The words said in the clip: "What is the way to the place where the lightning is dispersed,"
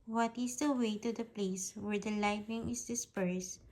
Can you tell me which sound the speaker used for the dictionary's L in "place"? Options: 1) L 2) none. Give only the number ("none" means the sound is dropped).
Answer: 1